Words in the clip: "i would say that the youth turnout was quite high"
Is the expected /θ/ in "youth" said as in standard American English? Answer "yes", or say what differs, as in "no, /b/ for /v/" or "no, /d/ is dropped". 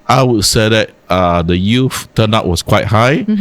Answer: no, /f/ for /θ/